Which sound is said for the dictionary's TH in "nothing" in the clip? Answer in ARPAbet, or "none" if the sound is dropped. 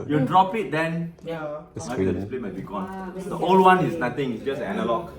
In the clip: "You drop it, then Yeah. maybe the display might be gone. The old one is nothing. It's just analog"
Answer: T